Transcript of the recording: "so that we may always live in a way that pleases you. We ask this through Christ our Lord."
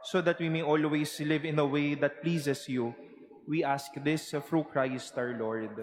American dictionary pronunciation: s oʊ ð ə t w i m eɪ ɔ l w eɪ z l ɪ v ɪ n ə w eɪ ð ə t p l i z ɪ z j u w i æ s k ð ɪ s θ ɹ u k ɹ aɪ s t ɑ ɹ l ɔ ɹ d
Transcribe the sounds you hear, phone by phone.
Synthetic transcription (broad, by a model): s oʊ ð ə t w i m eɪ ɔ l w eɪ s l ɪ v ɪ n ə w eɪ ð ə t p l i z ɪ s j u w i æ s k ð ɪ s f ɹ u k ɹ aɪ s t ɑ ɹ l ɔ ɹ d